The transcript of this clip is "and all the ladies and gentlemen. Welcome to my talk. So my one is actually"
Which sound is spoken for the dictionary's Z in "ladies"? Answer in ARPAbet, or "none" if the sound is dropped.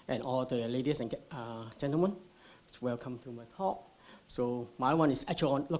S